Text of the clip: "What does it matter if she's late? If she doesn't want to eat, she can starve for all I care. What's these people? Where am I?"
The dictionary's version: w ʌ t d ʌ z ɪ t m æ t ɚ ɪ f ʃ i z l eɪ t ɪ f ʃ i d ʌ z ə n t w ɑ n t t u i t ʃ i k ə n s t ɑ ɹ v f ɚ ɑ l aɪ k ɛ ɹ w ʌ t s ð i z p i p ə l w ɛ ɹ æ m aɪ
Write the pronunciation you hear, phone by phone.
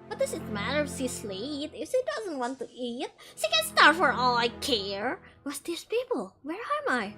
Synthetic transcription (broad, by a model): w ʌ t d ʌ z ɪ t m æ t ɚ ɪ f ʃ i s l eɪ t ɪ f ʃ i d ʌ z ə n t w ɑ n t t u i t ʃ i k ə n s t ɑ ɹ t f ɚ ɑ l aɪ k ɛ ɹ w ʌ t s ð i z p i p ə l w ɛ ɹ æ m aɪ